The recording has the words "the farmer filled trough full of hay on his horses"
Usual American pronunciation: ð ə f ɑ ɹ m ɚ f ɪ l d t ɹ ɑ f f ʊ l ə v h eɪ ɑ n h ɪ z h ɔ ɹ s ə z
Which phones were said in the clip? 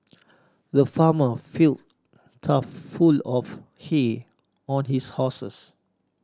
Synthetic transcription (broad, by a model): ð ə f ɑ m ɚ f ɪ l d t ɑ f f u l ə f h eɪ ɑ n h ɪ s h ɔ s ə s